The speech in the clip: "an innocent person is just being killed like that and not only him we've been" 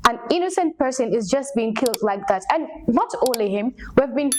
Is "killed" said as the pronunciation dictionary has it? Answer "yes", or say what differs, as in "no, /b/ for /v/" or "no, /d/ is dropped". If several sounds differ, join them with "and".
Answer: yes